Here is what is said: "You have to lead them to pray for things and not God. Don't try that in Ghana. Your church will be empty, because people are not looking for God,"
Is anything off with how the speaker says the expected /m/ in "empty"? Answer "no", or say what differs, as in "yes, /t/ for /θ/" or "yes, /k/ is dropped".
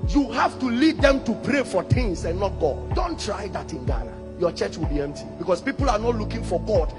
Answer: no